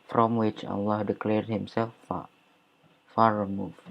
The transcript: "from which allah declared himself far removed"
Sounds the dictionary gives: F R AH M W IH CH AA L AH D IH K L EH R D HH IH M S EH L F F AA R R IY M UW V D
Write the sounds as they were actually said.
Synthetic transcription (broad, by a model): F R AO M W IH CH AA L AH D IH K L EH R D HH IH M S EH L F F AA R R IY M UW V